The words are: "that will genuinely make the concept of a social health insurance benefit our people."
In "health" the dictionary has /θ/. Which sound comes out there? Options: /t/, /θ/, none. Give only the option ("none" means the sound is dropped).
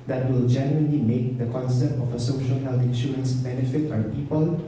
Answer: /t/